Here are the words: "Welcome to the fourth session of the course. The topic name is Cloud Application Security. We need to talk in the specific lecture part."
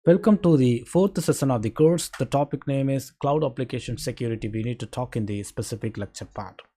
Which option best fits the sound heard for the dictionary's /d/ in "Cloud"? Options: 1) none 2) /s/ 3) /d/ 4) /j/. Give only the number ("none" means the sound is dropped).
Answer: 3